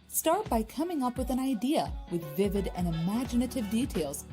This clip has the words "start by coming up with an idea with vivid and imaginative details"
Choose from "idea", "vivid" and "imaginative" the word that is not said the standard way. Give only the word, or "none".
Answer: none